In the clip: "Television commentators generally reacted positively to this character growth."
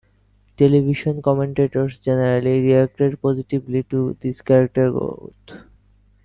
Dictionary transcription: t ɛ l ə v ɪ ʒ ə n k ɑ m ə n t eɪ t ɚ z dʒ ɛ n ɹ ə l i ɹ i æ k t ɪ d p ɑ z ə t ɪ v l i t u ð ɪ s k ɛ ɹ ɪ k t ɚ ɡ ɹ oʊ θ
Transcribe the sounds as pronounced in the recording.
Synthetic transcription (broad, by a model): t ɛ l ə b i ʃ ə n k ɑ m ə n t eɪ t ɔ s dʒ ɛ n ɹ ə l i ɹ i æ k t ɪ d p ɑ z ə t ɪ b l i t u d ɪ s k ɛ ɹ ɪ k t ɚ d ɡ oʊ t